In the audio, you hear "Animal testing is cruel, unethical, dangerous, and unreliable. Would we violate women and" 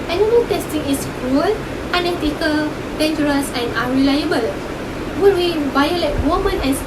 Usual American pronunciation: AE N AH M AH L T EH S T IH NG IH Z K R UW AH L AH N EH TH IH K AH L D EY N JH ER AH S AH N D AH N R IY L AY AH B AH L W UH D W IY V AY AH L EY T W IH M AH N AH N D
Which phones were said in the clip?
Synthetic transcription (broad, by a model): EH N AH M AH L T EH S T IH NG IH S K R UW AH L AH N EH T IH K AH L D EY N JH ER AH S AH N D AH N R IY L AY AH B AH L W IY W IY B AY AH L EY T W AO M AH N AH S